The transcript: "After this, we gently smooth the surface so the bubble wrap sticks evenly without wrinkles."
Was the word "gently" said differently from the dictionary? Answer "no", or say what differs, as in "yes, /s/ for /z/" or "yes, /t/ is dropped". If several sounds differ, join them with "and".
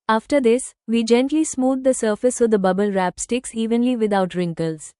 no